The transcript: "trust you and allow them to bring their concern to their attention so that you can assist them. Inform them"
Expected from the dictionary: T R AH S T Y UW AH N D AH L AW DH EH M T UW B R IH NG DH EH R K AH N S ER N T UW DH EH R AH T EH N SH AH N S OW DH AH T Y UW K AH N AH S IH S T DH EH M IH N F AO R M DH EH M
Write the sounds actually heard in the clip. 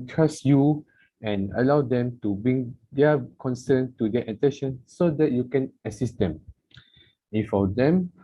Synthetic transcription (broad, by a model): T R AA S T Y UW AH N AH L AW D EH M T UW B R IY NG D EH K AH N S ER N T UW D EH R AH T EH N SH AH N S OW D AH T Y UW K AH N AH S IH S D EH M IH F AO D EH M